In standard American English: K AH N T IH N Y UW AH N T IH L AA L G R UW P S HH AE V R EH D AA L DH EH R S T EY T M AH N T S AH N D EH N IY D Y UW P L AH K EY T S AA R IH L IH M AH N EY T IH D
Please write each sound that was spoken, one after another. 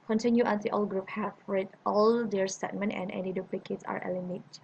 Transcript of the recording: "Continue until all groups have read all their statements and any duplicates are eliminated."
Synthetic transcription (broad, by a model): K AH N T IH N Y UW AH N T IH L AA L G R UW P HH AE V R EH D AA L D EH R S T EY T M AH N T AH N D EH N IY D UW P L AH K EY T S AA R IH L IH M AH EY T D